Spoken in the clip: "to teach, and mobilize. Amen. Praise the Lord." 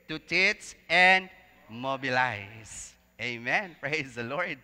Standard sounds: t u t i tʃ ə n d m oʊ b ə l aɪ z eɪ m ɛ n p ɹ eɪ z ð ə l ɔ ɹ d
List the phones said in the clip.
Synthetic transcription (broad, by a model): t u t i s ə n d m oʊ b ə l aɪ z eɪ m ɛ n p ɹ eɪ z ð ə l ɔ ɹ d